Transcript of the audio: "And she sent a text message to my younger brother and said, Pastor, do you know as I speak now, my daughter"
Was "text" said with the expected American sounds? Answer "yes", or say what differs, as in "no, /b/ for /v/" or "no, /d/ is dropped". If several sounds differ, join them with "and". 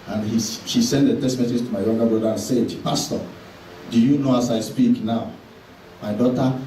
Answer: no, /k/ is dropped